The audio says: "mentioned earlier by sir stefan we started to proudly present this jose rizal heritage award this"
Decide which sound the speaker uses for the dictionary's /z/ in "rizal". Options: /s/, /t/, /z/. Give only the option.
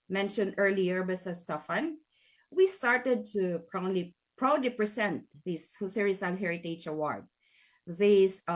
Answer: /s/